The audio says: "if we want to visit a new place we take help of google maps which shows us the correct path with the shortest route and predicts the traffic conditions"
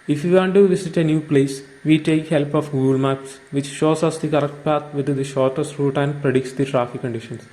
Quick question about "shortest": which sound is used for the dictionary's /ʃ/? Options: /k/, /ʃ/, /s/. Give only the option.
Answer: /ʃ/